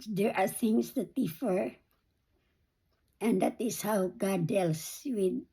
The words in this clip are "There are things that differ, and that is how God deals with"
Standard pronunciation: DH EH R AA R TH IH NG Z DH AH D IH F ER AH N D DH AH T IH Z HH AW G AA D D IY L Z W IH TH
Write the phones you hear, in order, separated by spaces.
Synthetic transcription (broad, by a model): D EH R AA R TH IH NG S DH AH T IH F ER AH N D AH T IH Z HH AW G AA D D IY L S W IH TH